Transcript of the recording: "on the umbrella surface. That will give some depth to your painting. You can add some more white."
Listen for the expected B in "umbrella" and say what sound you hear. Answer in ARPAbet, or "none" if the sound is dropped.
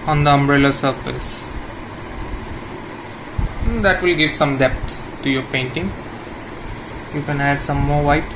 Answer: B